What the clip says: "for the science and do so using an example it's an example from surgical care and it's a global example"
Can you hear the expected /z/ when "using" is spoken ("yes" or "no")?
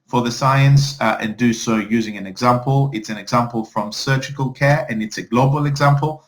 yes